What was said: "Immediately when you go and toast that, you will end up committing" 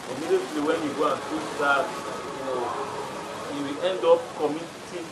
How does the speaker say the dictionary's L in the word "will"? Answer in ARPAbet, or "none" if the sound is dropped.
W